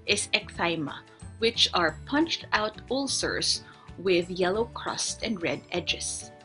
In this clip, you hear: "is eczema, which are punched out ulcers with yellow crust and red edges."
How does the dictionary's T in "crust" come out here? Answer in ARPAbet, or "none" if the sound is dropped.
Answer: T